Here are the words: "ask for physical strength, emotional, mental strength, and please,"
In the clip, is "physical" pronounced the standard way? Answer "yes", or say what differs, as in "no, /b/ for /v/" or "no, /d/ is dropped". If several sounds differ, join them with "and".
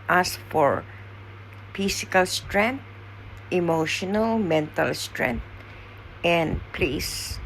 no, /s/ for /z/